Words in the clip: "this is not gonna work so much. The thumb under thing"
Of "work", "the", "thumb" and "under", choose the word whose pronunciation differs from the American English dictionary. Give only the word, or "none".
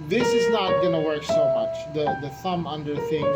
none